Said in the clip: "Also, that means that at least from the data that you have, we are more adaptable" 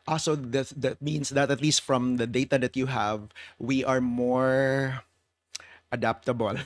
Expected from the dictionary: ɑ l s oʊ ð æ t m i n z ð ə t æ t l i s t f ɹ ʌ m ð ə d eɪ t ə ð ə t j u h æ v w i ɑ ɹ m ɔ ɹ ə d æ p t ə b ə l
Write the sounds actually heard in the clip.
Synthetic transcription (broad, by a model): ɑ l s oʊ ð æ t m i n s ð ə t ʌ t l i s t f ɹ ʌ m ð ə d eɪ t ə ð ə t j u h æ v w i ɑ ɹ m ɔ ɹ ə d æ p t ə b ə l